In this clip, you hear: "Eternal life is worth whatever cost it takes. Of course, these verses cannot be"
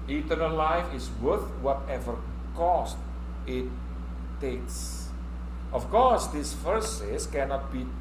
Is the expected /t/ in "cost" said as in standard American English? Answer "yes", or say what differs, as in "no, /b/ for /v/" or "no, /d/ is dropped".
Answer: yes